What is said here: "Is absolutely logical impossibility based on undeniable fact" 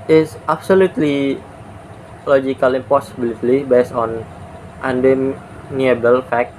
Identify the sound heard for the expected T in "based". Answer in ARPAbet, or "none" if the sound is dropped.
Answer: none